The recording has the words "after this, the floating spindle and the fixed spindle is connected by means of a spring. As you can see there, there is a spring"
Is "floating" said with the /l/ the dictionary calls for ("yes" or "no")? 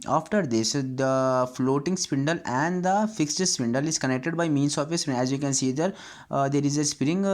yes